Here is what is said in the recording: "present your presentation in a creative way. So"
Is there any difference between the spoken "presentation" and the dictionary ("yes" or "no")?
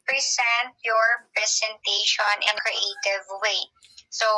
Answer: yes